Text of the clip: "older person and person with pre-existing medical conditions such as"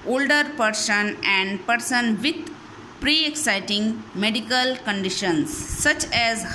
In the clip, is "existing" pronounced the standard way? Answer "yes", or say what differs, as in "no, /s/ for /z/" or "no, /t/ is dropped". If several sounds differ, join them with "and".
no, /s/ is dropped